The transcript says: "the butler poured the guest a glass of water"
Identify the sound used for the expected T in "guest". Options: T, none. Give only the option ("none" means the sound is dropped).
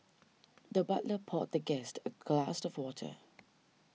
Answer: T